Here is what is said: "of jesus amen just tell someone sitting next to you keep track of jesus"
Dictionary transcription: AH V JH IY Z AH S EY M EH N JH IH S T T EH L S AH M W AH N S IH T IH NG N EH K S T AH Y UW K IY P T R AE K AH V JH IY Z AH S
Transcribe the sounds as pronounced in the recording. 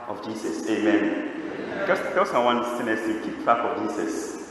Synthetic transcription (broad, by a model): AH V JH IY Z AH S EY M EH N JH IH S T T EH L S AH M W AH N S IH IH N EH S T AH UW K IY P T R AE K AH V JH IY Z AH S